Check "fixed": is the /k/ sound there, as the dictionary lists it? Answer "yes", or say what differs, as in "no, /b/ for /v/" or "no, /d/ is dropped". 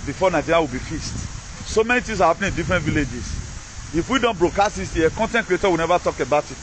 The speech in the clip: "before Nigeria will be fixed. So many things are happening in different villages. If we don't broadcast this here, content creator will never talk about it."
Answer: no, /k/ is dropped